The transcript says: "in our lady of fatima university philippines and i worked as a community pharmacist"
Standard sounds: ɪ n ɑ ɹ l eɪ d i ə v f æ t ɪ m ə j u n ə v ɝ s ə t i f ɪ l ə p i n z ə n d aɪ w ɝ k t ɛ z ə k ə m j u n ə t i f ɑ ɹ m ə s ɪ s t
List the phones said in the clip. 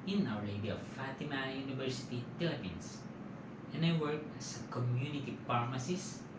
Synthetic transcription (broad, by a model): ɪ n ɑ w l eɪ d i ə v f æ t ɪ m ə j u n ə v ɝ s ə t i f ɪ l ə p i n s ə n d aɪ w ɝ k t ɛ s ə k ə m j u n ə t i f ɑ ɹ m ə s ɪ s